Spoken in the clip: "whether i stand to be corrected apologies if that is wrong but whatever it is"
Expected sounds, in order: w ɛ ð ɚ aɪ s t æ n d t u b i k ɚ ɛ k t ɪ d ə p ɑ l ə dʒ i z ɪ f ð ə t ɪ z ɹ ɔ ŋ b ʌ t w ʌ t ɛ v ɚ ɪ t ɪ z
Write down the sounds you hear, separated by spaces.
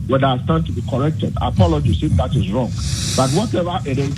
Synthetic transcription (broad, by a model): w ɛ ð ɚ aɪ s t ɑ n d t u b i k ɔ ɛ k t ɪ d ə p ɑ l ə dʒ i s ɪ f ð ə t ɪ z ɹ ɔ ŋ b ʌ t w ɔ t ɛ v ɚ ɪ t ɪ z